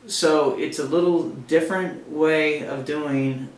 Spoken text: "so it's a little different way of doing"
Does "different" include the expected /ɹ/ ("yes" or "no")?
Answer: yes